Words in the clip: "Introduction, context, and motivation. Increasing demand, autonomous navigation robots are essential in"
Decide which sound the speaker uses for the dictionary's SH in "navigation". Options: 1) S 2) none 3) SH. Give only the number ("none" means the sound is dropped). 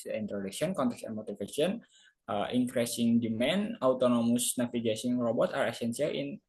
1